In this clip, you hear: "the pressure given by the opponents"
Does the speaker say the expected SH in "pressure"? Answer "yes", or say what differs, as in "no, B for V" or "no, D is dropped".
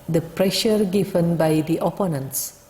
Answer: yes